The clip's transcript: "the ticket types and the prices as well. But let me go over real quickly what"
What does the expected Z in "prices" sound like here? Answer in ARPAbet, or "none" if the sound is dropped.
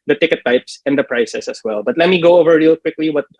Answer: S